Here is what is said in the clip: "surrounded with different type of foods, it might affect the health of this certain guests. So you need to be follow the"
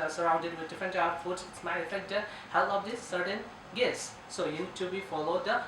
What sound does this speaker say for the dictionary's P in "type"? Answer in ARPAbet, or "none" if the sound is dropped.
none